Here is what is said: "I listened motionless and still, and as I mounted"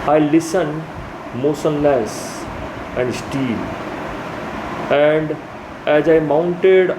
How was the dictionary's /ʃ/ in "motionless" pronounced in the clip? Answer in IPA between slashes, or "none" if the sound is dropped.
/s/